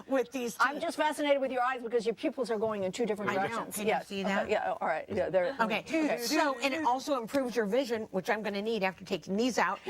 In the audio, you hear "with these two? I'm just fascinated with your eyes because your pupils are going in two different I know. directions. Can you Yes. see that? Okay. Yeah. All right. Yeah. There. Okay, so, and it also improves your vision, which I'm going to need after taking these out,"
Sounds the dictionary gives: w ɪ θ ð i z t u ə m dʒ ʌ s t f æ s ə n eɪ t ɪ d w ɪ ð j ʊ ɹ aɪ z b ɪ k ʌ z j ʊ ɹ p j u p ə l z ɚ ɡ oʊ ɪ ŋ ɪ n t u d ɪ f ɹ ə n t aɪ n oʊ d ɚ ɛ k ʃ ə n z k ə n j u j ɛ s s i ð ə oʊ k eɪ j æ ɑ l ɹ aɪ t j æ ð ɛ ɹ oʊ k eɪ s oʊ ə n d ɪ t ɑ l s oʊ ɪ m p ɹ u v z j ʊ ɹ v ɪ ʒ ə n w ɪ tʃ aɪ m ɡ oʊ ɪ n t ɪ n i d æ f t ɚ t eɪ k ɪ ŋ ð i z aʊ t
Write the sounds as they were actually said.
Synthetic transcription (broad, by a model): w ɪ ð i z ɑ ə m dʒ ʌ s t f æ s ə n eɪ t ɪ d w ɪ ð j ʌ ɹ aɪ z b ɪ k ʌ z j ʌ ɹ p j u p l z ɚ ɡ oʊ ɪ ŋ ɪ n t u d ɪ f ɹ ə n aɪ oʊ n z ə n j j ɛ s s i ð ə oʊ j æ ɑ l ɹ aɪ t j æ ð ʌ ɹ oʊ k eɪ s oʊ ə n ɪ t ɑ l s oʊ ɪ m p ɹ u v z j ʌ ɹ v ɪ ʒ ə n w ɪ tʃ aɪ m ɡ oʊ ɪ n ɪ n i d æ f t ɚ t eɪ ɪ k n i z aʊ t